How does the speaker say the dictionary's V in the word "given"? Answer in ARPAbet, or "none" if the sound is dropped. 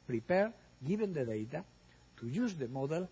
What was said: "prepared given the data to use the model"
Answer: B